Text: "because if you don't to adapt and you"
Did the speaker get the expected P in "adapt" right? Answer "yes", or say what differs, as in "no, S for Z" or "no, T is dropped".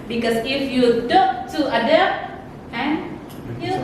no, P is dropped